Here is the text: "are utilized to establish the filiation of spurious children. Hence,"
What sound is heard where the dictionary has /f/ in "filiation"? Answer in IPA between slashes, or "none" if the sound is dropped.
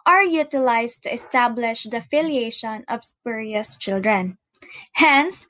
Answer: /f/